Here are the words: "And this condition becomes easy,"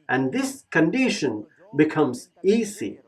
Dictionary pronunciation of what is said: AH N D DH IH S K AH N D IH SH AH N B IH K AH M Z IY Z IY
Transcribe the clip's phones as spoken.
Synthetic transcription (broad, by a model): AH N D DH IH S K AH N D IH SH AH N B IH K AH M Z IY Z IY